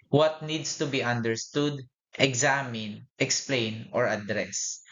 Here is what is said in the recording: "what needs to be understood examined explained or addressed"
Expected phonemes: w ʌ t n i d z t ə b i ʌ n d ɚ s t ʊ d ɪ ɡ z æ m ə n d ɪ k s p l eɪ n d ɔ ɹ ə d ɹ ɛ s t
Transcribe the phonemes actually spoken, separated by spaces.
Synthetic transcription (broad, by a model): w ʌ t n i d s t ə b i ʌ n d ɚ s t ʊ d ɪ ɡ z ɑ m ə n ɪ k s p l eɪ n ɔ ɹ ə d ɹ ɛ s